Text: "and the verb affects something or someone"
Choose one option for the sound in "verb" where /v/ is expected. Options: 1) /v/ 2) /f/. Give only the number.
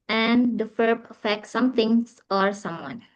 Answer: 2